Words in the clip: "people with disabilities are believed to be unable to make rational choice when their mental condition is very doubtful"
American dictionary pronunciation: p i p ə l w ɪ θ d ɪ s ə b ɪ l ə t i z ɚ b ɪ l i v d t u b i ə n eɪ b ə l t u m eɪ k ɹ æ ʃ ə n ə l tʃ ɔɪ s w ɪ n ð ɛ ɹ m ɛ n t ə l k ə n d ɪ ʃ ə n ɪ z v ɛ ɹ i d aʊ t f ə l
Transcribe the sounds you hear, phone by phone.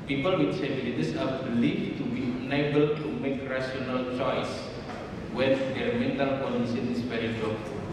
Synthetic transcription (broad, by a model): p i p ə l w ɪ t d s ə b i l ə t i s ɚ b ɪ l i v t u b i ə n eɪ b ə l t u m eɪ k ɹ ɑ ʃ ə n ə l tʃ ɔɪ s w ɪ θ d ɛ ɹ m ɛ n t ə l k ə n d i s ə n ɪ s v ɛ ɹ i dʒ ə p